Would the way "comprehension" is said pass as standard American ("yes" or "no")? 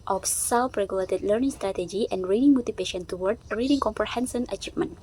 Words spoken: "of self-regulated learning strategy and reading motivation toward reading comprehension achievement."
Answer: no